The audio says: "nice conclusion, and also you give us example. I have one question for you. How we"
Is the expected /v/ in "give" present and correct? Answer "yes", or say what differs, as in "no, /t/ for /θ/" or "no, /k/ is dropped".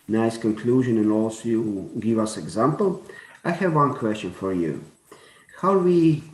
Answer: yes